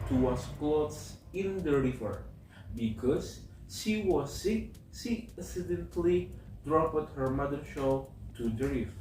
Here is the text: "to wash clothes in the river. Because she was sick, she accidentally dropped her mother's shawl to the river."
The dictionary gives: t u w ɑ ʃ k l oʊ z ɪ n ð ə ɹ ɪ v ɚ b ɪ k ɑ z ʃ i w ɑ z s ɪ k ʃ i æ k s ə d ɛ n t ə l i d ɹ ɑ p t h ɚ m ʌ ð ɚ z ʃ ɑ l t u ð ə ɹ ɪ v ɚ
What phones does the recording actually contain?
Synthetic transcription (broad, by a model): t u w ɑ s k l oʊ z ɪ n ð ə ɹ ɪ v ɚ b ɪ k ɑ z ʃ i w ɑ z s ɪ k ʃ i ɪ s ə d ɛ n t l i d ɹ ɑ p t h ɚ m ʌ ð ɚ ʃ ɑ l t u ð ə ɹ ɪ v